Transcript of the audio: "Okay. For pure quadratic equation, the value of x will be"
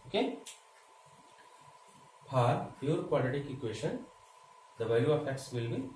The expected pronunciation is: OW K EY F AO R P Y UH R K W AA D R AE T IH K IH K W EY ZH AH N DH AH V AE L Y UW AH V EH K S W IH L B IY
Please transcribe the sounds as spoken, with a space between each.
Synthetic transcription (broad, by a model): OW K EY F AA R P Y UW R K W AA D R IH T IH K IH K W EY SH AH N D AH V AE Y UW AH F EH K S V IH L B IY